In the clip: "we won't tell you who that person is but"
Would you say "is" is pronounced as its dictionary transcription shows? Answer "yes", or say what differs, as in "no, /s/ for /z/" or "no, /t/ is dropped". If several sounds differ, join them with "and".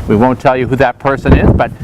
yes